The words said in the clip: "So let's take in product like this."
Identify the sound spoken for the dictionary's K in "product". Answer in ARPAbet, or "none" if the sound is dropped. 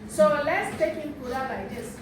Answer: none